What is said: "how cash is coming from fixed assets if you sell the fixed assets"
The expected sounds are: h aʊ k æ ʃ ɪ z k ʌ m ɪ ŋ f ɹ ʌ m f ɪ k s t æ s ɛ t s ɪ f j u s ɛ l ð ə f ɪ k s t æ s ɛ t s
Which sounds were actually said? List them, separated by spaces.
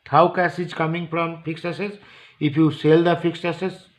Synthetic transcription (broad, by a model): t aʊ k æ s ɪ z k ʌ m ɪ ŋ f ɹ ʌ m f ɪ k s ɛ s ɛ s ɪ f j u s ɛ l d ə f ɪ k s ɛ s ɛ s